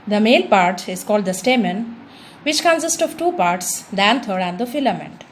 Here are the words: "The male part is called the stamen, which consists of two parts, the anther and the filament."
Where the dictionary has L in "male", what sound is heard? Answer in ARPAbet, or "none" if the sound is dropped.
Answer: N